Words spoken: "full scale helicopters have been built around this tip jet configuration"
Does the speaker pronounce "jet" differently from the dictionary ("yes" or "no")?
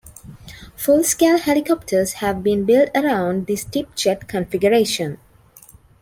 yes